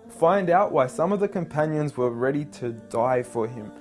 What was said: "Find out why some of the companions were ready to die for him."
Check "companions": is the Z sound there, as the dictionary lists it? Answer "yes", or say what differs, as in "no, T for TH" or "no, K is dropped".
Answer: yes